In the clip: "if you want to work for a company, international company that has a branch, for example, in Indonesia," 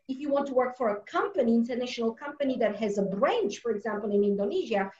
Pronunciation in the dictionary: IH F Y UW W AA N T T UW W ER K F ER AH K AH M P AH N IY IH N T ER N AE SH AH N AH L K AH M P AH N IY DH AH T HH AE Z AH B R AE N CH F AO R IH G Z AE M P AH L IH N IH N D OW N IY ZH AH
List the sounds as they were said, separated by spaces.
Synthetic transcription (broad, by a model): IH F Y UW W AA N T T UW W ER K F ER AH K AH M P AH N IY IH N T ER N AE SH AH N AH L K AH M P AH N IY DH AH T HH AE Z AH B R AE N CH F AO R IH G Z AE M P AH L IH N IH N D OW N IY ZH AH